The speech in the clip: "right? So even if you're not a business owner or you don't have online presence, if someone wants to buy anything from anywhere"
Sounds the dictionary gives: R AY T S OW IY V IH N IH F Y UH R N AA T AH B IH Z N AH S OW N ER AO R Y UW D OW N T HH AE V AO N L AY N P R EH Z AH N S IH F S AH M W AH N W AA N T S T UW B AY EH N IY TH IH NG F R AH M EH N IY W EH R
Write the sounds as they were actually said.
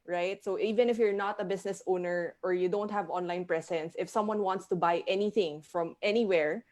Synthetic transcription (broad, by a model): R AY T S OW IY V IH N IH F Y UH R N AA T AH B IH S N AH S OW N ER AO R Y UW D OW N T HH AE V AO N L AY N P R EH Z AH N S IH F S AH M W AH N W AA N T S T UW B AY EH N IY TH IH NG F R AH M EH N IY W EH R